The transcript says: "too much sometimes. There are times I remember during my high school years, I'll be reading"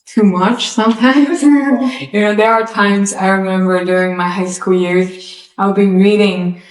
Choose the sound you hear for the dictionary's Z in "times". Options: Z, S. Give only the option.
Z